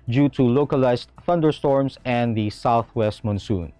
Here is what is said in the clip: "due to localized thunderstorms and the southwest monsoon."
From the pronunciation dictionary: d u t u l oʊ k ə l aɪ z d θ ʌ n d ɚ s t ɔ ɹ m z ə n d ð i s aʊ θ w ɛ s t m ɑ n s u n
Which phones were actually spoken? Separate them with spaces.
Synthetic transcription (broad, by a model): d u t u l oʊ k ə l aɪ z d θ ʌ n d ɚ s t ɔ ɹ m s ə n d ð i s aʊ θ w ɛ s t m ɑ n s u n